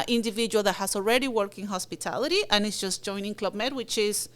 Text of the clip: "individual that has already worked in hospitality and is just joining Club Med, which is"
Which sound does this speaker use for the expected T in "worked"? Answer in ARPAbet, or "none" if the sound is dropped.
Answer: none